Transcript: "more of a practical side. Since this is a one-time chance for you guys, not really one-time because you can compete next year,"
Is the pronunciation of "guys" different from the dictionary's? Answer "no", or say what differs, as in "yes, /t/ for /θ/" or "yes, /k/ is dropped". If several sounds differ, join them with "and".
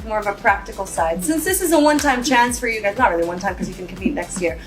no